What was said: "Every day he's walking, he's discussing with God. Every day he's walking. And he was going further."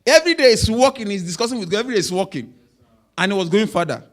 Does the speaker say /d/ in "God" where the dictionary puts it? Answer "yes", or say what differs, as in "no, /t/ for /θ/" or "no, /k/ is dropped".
no, /d/ is dropped